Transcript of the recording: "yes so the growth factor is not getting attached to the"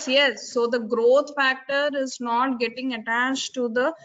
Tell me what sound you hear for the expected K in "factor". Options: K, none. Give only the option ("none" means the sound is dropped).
K